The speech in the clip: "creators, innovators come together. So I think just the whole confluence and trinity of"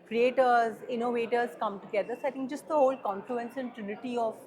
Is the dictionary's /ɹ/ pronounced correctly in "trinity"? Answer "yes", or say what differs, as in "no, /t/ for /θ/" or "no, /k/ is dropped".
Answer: yes